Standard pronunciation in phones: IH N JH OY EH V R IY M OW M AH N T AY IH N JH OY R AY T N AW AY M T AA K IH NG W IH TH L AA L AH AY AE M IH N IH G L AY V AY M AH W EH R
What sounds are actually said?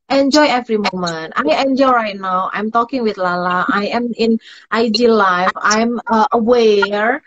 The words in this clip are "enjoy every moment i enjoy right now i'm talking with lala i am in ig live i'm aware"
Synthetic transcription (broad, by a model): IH N JH OY EH V R IY M OW M AH N T AY IH N JH OY R AY T N AW AY M T AA K IH NG W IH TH L AA L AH AY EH M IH N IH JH L AY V AY M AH W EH R